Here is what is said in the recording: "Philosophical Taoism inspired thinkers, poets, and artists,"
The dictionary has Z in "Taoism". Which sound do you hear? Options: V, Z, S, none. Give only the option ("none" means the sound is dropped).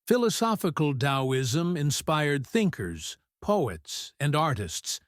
Z